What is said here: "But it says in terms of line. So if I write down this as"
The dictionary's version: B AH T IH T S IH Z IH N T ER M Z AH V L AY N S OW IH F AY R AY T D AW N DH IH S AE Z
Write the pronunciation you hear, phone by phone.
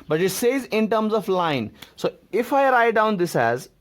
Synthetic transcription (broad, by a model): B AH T IH T S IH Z IH N T ER M Z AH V L AY N S OW IH F AY R AY T D AW N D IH S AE Z